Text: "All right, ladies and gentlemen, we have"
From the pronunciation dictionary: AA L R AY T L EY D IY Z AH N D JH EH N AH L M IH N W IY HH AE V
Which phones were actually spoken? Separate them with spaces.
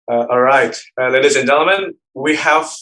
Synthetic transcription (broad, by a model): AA L R AY T L EY D IY Z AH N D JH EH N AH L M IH N W IY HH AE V